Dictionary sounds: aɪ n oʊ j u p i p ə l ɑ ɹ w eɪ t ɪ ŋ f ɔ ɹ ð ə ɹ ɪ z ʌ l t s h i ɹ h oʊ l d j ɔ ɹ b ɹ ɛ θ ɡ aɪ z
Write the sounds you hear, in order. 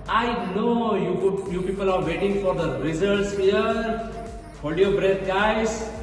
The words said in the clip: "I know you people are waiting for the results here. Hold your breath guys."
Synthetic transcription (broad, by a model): aɪ n oʊ j u p i p ə l ɑ ɹ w eɪ t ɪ ŋ f ɔ ɹ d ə ɹ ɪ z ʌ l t s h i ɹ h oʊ d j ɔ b ɹ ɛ t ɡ aɪ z